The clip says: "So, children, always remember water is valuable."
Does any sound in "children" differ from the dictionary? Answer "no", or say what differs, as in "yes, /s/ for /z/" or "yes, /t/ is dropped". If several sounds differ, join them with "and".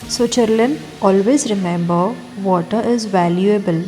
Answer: yes, /l/ is dropped and /l/ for /ɹ/